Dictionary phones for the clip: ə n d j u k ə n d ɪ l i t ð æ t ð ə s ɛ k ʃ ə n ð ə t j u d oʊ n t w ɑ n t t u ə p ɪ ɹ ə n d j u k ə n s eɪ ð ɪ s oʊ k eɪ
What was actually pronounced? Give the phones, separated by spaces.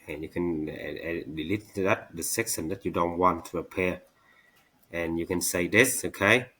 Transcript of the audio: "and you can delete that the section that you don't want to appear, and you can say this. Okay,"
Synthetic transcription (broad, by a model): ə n j u k ə n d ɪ l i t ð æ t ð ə s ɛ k s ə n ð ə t j u d oʊ n t w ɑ n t t u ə p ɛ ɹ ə n j u k ə n s eɪ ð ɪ s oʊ k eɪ